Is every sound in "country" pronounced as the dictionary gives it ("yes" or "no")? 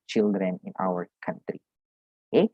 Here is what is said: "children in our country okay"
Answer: yes